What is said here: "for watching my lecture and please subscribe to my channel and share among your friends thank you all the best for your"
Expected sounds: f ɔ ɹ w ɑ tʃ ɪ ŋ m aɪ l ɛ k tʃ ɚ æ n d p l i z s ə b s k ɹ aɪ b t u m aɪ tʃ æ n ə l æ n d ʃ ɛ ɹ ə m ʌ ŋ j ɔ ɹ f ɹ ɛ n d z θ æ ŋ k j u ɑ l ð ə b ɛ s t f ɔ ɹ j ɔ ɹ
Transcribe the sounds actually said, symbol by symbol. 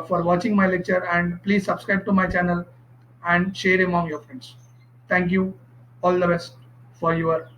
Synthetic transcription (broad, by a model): f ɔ ɹ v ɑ tʃ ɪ ŋ m aɪ l ɛ k tʃ ɚ æ n d p l i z s ə b s k ɹ aɪ b t u m aɪ tʃ æ n ə l æ n d ʃ ɛ ɹ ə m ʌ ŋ j ɔ ɹ f ɹ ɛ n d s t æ ŋ k j u ɑ l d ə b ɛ s t f ɔ ɹ j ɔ ɹ